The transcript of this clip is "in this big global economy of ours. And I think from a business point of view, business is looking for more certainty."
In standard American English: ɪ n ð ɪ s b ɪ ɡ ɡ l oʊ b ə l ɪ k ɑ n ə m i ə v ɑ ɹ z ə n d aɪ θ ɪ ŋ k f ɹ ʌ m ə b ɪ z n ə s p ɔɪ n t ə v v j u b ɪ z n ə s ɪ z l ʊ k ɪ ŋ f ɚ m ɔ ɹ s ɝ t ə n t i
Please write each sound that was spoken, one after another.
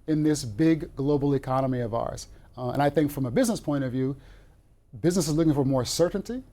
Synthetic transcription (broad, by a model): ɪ n ð ɪ s b ɪ ɡ ɡ l oʊ b l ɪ k ɑ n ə m i ə v ɑ ɹ z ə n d aɪ θ ɪ ŋ k f ɹ ʌ m ə b ɪ z n ə s p ɔɪ t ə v v j u b ɪ z n ə s ɪ z l ʊ k ɪ ŋ f ɚ m ɔ ɹ s ɝ t n t i